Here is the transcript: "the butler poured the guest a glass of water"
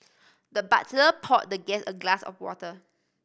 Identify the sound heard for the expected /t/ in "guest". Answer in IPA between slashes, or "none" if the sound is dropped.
none